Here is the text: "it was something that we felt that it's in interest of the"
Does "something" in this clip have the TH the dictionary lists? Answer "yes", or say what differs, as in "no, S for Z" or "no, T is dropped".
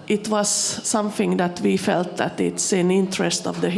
yes